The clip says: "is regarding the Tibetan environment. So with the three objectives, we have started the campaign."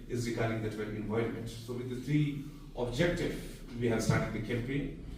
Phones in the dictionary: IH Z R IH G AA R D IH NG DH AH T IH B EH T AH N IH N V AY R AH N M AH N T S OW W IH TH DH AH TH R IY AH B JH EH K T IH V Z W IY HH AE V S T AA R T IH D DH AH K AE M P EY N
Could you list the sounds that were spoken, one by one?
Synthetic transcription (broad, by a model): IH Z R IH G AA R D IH NG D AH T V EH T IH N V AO AH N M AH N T S OW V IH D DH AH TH R IY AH B JH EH K T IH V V IY HH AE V S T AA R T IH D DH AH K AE M P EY N